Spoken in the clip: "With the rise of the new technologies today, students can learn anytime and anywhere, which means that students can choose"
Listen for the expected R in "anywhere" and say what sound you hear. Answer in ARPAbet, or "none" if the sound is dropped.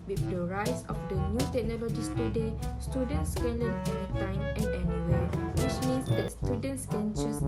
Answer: L